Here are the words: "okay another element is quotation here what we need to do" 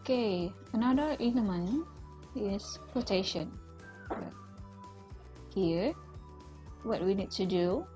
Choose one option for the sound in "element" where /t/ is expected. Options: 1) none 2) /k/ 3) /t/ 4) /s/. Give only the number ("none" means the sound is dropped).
1